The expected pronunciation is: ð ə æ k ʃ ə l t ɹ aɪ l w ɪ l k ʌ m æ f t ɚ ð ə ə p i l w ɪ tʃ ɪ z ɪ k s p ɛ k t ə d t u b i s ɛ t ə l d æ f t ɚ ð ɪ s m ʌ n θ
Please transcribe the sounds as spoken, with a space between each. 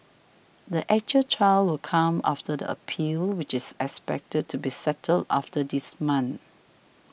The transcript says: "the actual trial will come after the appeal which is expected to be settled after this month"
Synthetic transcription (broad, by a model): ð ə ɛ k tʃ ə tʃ aɪ l w ɪ l k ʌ m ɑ f t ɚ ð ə ə p i l w ɪ tʃ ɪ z ɪ k s p ɛ k t ə d t u b i s ɛ t ə l d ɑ f t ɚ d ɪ s m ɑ n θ